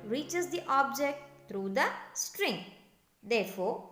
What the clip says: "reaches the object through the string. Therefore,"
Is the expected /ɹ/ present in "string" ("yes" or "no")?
yes